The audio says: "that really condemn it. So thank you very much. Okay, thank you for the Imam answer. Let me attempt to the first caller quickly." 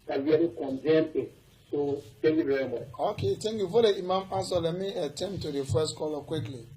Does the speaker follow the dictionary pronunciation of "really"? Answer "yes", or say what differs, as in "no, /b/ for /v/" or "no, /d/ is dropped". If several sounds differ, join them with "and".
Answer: no, /w/ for /ɹ/